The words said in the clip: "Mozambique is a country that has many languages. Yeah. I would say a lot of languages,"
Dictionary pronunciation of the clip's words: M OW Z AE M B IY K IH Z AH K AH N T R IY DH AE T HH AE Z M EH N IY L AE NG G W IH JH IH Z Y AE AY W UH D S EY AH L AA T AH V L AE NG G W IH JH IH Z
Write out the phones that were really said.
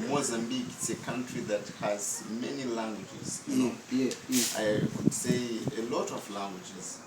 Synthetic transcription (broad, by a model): M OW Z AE M B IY K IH S AH K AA N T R IY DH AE T HH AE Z M EH N IY L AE NG G W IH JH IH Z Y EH AY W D S EY AH L AA T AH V L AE NG G W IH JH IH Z